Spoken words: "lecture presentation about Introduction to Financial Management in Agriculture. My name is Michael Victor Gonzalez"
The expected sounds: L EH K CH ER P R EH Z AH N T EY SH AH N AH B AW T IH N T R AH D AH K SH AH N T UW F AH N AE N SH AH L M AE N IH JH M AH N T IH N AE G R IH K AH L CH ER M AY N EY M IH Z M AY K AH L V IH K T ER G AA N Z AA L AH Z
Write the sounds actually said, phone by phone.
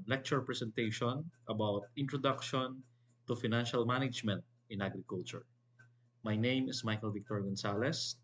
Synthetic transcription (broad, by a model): L EH K CH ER P R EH S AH N T EY SH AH N AH B AW T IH N T R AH D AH K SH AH N T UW F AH N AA N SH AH L M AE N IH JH M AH N T IH N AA G R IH K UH L CH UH M AY N EY M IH S M AY K AH L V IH K T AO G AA N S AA L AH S